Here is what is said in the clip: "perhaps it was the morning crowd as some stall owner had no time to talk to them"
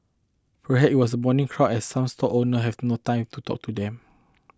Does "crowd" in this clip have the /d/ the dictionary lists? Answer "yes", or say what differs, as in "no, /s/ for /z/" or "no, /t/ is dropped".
no, /d/ is dropped